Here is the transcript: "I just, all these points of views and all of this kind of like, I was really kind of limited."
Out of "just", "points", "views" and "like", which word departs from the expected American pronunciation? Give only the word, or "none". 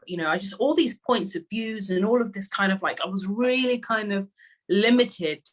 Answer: none